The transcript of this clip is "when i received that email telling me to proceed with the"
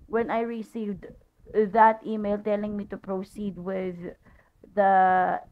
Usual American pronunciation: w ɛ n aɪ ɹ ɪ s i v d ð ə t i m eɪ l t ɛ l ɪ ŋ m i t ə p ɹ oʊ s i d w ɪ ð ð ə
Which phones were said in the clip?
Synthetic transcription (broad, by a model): w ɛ n aɪ ɹ ɪ s i v d ð ə t i m eɪ l t ɛ l ɪ ŋ m i t ə p ɹ oʊ s i d w ɪ ð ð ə